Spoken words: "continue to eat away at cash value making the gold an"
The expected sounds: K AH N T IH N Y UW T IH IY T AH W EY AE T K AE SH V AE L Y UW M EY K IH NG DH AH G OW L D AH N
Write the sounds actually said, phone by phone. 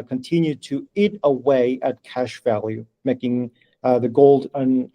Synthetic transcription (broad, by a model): K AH N T IH N Y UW T IH IY T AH W EY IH T K AE SH V AE L Y UW M EY K IH NG DH AH G OW L D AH N